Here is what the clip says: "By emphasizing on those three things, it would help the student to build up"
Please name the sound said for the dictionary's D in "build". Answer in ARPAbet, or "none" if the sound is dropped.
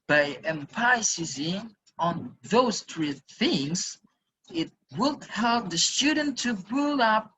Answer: none